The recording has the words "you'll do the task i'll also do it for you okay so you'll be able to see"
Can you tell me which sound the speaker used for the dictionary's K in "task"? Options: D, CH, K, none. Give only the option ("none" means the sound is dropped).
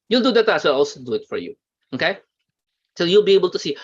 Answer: none